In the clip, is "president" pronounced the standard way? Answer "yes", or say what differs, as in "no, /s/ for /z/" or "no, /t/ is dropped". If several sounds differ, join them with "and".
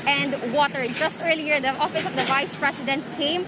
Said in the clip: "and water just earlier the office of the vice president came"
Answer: no, /s/ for /z/